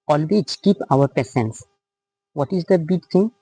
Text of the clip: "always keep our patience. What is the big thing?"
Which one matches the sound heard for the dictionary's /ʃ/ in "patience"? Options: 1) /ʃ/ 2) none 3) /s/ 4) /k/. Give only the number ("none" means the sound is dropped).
3